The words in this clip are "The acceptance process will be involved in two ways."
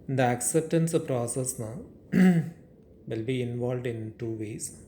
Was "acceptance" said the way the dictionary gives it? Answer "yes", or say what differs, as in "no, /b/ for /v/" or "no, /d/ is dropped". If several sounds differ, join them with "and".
yes